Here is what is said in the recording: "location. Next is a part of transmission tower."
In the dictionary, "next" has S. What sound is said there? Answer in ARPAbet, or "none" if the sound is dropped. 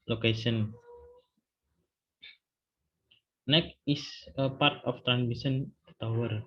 none